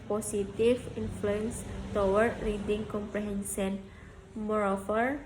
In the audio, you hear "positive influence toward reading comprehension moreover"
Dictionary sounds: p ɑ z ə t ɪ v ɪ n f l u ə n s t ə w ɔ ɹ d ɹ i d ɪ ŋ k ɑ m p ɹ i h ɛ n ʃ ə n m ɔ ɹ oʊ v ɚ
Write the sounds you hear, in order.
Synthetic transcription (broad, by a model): p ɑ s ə t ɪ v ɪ n f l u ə n s t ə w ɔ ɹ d ɹ i d ɪ ŋ k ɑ m p ɹ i h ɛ n s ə n m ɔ ɹ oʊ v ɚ